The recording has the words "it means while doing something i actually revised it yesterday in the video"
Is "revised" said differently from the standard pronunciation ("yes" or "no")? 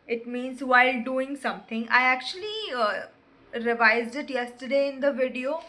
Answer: no